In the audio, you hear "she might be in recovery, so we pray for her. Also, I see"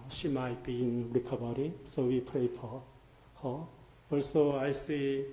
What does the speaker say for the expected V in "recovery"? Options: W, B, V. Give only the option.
B